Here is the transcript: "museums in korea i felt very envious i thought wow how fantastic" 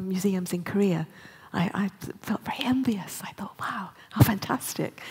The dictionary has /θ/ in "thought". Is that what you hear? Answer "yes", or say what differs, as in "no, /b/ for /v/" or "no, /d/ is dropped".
yes